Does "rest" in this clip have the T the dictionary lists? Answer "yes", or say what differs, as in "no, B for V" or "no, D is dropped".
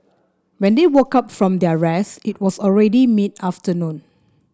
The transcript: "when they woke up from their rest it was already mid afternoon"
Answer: no, T is dropped